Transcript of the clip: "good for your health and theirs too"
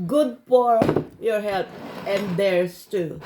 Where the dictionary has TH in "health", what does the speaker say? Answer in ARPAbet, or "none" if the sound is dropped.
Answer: T